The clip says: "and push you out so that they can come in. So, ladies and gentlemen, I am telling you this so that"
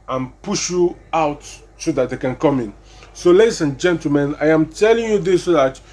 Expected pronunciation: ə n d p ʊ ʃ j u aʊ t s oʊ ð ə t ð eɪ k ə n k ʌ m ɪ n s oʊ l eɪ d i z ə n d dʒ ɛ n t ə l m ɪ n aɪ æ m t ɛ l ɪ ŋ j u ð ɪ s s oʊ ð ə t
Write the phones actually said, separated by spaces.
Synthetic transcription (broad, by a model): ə n p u ʃ j u aʊ t s oʊ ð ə t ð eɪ k ə n k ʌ m ɪ n s oʊ l eɪ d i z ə n dʒ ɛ n t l m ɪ n aɪ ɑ m t ɛ l ɪ ŋ j u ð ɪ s s oʊ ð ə t